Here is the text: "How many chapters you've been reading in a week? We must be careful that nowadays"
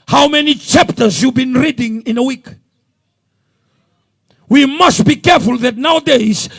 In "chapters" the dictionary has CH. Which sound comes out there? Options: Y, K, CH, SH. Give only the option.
CH